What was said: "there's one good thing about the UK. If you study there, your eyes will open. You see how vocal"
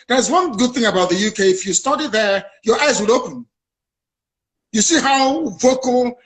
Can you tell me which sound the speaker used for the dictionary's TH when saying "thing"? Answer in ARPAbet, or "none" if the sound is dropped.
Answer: TH